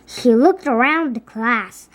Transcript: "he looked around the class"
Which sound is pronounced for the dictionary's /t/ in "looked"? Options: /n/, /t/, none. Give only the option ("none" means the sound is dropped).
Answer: /t/